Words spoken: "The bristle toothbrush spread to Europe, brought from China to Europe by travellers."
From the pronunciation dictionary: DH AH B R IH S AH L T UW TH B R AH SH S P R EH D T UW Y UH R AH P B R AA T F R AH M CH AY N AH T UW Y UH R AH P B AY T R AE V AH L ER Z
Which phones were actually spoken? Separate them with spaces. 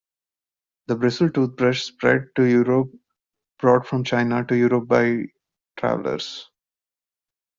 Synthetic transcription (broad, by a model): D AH B R IH S AH L T UW T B R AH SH S P R EH D T UW Y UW R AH P B R AA T F R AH M CH AY N AH T UW Y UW R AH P B AY T R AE V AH L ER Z